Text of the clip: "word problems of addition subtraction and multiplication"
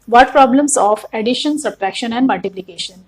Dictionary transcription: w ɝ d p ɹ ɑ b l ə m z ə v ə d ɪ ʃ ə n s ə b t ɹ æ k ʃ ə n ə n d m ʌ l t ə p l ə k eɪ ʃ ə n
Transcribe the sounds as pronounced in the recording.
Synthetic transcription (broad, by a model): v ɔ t p ɹ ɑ b l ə m s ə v ə d ɪ ʃ ə n s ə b t ɹ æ k ʃ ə n ə n d m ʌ l t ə p l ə k eɪ ʃ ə n